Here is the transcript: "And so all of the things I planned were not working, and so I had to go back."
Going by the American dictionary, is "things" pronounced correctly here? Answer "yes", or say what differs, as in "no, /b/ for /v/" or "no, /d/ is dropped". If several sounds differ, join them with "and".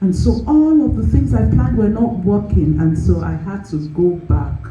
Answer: yes